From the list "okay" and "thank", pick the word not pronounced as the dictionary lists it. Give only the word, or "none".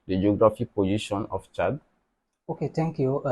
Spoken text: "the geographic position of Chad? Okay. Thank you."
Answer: thank